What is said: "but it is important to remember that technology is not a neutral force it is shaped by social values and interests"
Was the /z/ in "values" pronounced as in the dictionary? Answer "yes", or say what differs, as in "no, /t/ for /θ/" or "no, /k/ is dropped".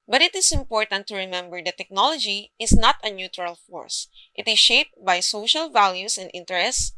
no, /s/ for /z/